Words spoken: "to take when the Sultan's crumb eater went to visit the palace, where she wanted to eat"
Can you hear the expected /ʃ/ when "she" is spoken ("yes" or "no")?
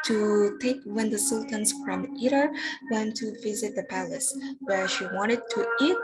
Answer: yes